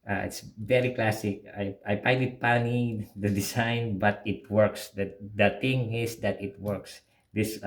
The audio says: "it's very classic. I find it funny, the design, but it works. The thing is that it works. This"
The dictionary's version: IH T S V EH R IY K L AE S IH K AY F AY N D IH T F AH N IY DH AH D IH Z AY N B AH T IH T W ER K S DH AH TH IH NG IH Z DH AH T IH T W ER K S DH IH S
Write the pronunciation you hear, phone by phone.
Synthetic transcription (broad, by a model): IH T S V EH R IY K L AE S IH K AY P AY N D IH T P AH N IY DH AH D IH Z AY N B AH T IH T W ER K S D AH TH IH NG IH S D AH T IH T W ER K S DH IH S